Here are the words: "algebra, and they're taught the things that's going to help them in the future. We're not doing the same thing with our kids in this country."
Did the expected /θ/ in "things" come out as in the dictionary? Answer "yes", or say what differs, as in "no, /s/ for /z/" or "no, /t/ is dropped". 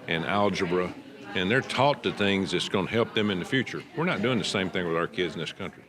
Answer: yes